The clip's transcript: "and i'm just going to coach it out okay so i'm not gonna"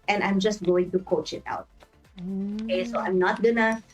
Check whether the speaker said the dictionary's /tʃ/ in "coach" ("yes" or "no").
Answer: yes